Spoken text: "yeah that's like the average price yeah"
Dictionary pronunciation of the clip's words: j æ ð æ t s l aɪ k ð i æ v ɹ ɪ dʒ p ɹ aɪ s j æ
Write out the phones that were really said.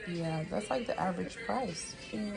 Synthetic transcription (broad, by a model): j æ ð æ t s l aɪ k ð i æ v ɹ ɪ dʒ p ɹ aɪ s